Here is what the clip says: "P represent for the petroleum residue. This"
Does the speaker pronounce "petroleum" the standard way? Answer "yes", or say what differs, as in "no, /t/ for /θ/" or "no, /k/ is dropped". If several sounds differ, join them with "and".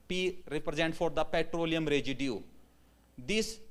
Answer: yes